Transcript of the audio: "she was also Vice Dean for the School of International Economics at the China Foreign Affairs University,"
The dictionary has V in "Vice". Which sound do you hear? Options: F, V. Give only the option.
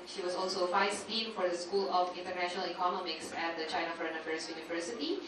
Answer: F